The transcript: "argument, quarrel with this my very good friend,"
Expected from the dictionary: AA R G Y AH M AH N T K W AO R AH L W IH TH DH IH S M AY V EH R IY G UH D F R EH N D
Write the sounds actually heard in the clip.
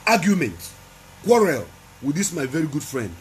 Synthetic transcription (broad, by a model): AA G Y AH M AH N T K W AO R AH L W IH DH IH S M AY V EH R IY G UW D F R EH N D